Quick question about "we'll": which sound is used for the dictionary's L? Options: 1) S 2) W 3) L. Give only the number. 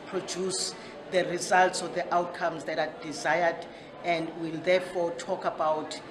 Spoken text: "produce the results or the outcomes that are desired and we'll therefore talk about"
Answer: 3